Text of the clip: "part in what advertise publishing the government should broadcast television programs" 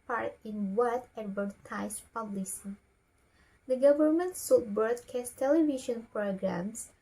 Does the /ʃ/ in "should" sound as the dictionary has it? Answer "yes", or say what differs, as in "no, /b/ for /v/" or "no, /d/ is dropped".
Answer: no, /s/ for /ʃ/